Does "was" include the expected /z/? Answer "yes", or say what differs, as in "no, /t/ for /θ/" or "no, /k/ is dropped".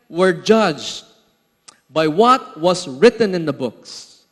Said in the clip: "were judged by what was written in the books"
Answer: no, /s/ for /z/